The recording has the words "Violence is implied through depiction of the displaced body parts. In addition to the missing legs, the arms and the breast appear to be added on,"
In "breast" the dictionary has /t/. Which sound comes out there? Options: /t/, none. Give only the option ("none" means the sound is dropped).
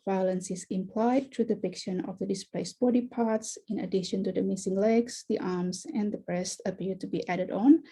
/t/